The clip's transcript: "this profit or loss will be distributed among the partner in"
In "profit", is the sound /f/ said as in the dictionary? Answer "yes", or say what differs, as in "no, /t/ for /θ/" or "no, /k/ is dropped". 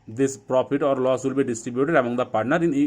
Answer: no, /p/ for /f/